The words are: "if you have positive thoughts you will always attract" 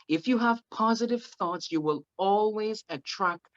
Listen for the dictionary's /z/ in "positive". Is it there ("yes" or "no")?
yes